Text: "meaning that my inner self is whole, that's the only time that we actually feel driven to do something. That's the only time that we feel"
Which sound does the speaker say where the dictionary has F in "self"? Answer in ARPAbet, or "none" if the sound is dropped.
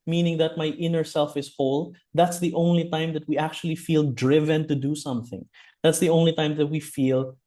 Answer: F